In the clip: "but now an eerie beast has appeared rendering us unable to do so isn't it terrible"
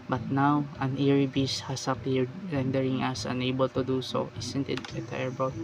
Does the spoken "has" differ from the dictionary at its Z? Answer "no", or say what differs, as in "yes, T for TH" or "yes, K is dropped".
yes, S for Z